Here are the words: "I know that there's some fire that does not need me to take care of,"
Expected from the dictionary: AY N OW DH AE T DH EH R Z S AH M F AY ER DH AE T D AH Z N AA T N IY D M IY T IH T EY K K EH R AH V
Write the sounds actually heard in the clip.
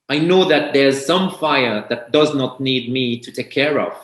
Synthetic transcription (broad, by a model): AY N OW DH AE T DH EH R Z S AH M F AY ER DH AE T D AH Z N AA T N IY D M IY T IH T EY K K EH R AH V